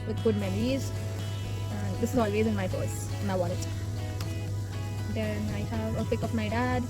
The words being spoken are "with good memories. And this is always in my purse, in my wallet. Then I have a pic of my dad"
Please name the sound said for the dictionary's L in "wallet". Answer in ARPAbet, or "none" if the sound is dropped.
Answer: N